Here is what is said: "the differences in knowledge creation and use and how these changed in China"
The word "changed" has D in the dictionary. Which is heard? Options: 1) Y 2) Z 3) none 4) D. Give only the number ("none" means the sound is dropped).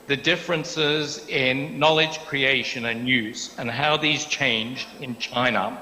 4